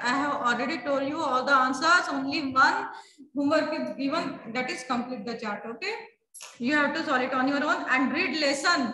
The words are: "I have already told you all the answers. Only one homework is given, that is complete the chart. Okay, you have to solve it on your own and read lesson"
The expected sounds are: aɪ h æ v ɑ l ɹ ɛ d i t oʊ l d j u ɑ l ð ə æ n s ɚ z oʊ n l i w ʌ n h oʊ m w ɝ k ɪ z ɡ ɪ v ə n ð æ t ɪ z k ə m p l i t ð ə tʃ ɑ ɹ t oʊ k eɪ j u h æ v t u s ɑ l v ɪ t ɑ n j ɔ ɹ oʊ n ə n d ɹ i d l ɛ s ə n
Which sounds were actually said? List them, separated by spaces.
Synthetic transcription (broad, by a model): aɪ h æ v ɑ l ɹ ɛ d i t oʊ l d j u ɑ l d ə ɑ n s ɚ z oʊ n l i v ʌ n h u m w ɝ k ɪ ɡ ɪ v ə n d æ t ɪ z k ə m p l i t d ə tʃ ɑ ɹ t oʊ k eɪ j u h æ v t u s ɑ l ɪ t ɑ n j ɔ ɹ oʊ n ə n d ɹ i d l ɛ s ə n